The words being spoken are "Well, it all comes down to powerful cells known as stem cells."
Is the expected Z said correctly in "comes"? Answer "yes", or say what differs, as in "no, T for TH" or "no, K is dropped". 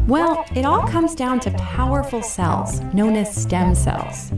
yes